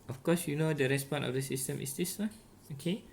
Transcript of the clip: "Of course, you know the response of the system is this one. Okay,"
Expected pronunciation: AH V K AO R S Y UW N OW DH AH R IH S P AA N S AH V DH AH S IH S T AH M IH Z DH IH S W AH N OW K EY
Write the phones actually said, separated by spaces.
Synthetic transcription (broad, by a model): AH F K AO S Y UW N OW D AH R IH S P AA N AH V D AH S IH S T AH M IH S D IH S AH OW K EY